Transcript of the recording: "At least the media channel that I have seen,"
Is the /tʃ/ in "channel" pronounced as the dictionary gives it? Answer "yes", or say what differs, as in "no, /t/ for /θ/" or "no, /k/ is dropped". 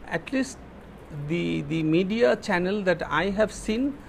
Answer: yes